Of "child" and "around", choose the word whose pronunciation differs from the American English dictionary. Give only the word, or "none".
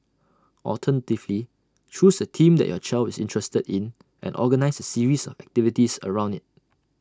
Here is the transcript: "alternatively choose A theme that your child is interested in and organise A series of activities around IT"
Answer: child